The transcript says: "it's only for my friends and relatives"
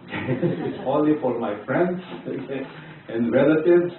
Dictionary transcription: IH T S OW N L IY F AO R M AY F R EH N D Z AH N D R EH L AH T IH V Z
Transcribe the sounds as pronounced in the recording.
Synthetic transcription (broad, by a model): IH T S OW L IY F AO R M AY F R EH N D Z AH N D R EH L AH T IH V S